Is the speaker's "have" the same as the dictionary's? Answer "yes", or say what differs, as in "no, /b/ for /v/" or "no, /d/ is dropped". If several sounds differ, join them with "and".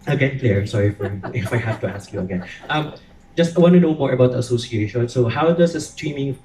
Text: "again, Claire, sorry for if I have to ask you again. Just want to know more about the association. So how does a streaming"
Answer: no, /f/ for /v/